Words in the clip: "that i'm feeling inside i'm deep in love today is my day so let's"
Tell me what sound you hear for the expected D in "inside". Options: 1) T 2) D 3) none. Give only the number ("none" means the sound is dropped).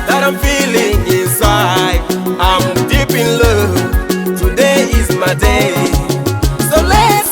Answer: 3